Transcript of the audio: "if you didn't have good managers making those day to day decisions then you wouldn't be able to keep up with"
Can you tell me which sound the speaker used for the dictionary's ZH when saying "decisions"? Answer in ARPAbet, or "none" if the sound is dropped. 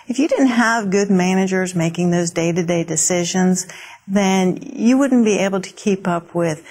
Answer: ZH